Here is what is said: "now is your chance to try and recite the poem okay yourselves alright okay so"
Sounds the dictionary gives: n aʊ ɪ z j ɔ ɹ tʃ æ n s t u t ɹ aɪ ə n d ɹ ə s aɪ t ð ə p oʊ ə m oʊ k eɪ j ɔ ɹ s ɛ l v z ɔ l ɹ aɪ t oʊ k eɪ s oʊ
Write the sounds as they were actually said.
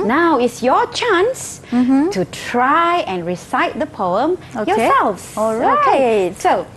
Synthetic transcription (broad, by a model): n aʊ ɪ s j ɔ tʃ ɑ n s t u t ɹ aɪ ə n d ɹ ə s aɪ t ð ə p oʊ ə m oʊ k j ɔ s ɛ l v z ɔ ɹ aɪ ɑ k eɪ s oʊ